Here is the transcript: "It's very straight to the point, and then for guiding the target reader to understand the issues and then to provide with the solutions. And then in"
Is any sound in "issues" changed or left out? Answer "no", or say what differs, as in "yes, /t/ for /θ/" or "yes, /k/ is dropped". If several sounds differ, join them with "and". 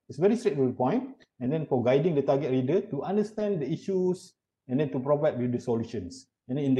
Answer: yes, /s/ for /z/